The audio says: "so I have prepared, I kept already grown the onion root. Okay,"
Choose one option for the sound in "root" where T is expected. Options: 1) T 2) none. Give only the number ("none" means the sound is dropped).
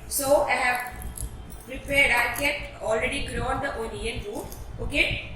2